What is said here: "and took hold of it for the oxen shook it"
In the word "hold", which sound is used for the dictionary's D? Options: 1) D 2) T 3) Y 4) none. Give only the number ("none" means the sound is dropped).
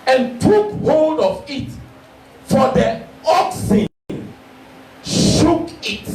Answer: 1